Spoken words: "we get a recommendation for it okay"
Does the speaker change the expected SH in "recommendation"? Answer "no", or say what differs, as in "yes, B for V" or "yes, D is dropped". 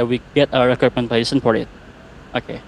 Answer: yes, S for SH